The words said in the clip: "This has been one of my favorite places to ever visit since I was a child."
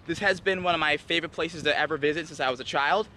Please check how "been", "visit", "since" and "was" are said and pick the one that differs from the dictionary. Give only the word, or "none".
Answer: none